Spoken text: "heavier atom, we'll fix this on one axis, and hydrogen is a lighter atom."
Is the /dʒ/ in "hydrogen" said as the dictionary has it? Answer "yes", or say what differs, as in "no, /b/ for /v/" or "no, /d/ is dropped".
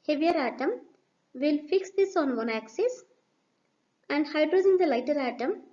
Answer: no, /dʒ/ is dropped